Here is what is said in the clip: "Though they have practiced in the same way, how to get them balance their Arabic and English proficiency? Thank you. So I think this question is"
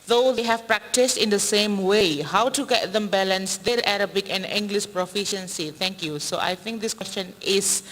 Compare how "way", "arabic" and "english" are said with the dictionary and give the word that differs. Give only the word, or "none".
none